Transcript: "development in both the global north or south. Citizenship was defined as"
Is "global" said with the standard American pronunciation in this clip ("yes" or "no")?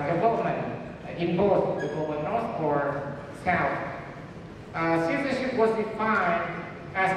no